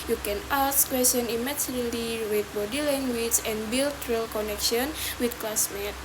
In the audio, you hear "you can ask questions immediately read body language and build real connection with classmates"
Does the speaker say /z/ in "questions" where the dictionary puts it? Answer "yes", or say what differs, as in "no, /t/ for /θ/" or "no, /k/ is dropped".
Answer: no, /z/ is dropped